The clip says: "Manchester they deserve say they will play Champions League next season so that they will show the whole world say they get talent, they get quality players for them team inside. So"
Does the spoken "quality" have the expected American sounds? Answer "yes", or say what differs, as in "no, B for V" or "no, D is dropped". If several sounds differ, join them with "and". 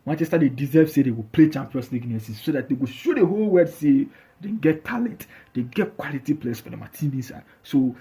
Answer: yes